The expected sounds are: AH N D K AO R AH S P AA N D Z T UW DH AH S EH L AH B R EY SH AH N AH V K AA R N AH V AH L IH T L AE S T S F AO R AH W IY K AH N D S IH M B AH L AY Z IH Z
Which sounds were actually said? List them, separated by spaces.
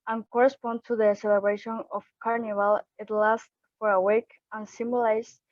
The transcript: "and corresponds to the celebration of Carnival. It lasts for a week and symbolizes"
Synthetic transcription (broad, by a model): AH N K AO R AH S P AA N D T UW DH AH S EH L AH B R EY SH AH N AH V K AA R N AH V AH L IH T L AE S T F AO R AH W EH K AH N S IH M B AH L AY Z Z